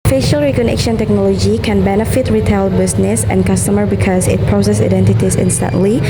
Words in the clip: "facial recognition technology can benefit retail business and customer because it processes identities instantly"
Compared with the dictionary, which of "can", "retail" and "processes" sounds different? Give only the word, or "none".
processes